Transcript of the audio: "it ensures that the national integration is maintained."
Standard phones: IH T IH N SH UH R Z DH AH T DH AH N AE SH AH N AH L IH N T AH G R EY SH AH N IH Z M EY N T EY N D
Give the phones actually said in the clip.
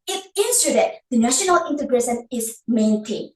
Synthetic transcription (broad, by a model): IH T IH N S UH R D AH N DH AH N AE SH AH N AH L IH N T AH G R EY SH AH N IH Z M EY N T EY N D